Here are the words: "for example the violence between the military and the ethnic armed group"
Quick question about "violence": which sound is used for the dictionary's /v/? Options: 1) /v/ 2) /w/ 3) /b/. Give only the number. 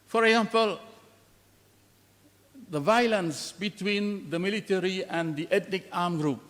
1